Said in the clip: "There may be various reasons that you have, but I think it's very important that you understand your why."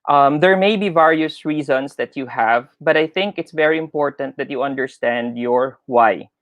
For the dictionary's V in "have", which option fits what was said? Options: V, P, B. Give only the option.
V